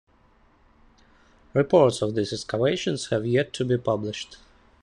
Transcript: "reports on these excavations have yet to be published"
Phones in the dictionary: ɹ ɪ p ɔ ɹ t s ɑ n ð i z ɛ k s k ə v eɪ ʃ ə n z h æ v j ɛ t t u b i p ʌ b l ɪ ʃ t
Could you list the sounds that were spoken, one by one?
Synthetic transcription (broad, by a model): ɹ ɪ p ɔ ɹ t s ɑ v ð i s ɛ s k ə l eɪ ʃ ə n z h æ v j ɛ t t u b i p ʌ b l ɪ ʃ t